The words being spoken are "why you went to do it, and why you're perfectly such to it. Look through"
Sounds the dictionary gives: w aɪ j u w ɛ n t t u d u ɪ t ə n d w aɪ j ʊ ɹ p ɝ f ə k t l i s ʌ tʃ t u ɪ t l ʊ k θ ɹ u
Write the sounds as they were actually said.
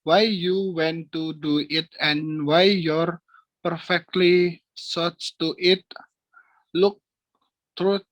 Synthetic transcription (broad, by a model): w aɪ j u w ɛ n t t u d u ɪ t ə n w aɪ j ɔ ɹ p ɝ f ə k t l i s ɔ s t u ɪ t l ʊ k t ɹ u